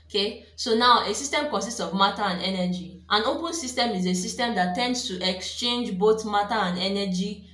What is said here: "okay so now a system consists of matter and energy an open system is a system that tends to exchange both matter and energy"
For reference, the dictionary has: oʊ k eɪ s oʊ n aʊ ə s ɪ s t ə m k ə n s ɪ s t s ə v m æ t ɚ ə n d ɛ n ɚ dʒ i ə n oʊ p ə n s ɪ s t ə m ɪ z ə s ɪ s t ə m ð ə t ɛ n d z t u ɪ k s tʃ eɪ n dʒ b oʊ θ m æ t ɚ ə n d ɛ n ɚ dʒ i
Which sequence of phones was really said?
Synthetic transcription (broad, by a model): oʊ k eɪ s oʊ n aʊ ə s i s t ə m k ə n s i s t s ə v m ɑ t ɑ ə n d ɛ n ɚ dʒ i ə n oʊ p ə n s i s t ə m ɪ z ə s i s t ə m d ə t ɛ n d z t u ɪ k s tʃ eɪ n dʒ b oʊ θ m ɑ t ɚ ə n d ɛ n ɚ dʒ i